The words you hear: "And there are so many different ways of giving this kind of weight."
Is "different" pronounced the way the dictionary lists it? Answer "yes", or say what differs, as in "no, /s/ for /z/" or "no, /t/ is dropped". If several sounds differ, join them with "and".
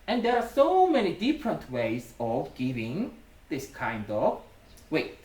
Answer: yes